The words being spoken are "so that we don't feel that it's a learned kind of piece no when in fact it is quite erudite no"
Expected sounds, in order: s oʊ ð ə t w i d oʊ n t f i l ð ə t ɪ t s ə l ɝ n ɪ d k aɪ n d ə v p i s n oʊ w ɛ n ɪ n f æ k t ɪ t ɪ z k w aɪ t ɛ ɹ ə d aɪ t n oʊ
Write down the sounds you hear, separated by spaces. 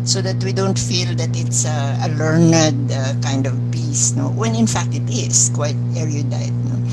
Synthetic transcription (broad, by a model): s oʊ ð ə t w i d oʊ n t f i l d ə t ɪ t s ə l ɝ n ɪ d k aɪ n d ə v p i s n oʊ w ɛ n ɪ n f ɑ k t ɪ t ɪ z k w aɪ t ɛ ɹ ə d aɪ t n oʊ